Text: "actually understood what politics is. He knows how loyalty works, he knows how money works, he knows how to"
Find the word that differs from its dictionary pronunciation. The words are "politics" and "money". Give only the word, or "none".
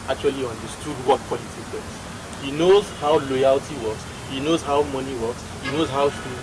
politics